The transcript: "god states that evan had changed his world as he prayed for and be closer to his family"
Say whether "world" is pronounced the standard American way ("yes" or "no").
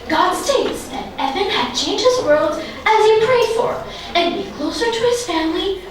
yes